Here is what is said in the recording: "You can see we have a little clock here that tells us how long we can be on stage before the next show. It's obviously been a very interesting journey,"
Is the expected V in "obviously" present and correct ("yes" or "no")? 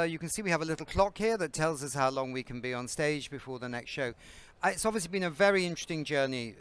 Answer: yes